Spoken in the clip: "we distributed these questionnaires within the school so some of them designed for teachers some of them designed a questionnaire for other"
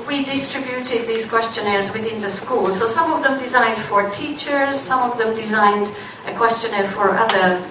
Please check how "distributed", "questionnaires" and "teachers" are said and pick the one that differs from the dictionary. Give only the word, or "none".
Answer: none